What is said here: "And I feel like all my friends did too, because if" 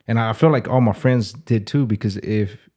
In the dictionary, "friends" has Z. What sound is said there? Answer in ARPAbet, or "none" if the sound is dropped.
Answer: Z